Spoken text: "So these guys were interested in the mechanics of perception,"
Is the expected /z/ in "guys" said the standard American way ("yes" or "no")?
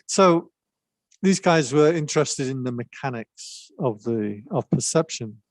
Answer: yes